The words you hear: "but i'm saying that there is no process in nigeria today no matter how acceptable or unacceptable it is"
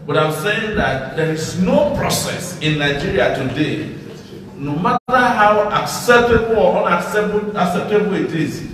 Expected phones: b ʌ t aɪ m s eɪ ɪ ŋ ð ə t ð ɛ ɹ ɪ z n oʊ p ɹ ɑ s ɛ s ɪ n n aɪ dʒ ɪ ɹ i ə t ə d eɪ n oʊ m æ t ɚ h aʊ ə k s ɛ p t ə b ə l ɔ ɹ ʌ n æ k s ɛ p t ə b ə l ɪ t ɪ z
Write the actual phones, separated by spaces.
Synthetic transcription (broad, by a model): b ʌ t aɪ m s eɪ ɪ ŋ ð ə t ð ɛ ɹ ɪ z n oʊ p ɹ ɑ s ɛ s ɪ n n aɪ dʒ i ɹ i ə t ə d eɪ n oʊ m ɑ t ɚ h aʊ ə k s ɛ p t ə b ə n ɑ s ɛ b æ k s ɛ p t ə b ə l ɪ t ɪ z